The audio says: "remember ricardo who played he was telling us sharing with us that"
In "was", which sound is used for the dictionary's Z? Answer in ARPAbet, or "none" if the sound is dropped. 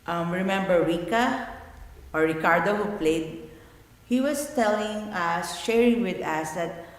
S